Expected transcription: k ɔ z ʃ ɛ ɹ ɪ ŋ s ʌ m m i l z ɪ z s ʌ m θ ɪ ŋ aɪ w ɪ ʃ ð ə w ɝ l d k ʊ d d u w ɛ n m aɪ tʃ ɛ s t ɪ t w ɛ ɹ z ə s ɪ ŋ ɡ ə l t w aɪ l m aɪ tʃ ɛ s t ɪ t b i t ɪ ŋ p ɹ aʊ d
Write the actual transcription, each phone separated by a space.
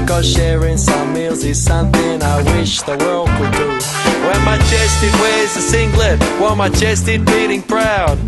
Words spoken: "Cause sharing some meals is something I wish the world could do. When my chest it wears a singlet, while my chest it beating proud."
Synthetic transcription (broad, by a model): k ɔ ʃ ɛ ɹ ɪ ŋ s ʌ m m i l z ɪ z s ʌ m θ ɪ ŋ aɪ w ɪ ʃ ð ə w ɝ l d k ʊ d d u w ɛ m aɪ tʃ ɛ s t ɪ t w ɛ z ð ə s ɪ ŋ ɡ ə t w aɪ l m aɪ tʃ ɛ s t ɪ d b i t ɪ ŋ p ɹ aʊ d